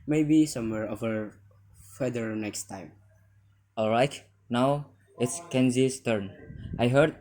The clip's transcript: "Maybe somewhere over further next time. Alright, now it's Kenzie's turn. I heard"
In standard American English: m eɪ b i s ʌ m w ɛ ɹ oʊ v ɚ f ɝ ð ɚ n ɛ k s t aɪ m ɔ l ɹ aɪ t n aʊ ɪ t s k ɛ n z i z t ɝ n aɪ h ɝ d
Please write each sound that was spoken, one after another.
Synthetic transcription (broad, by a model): m eɪ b i s ʌ m w ɛ ɹ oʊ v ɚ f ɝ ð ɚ n ɛ k s t aɪ m ɔ l ɹ aɪ t n aʊ ɪ t s k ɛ n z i s t ɝ n aɪ h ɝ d